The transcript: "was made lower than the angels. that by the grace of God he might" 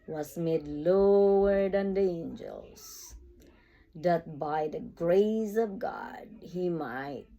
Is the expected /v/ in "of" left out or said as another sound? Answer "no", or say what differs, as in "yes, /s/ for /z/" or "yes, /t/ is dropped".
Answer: no